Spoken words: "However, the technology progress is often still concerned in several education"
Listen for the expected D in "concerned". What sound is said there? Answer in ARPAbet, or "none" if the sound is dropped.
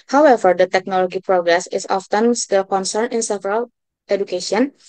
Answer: none